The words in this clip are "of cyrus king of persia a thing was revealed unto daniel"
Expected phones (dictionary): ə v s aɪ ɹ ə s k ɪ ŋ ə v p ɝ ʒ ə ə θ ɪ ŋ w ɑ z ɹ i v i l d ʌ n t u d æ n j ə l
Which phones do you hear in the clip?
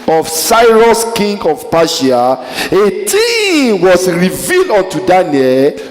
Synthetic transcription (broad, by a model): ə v s aɪ ɹ ə s k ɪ ŋ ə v p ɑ ʃ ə ə t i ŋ w ɑ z ɹ i v i l d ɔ n t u d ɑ n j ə l